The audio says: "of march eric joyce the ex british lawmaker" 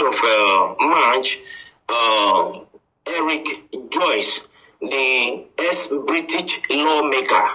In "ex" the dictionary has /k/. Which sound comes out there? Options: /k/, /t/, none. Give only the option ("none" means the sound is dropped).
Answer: none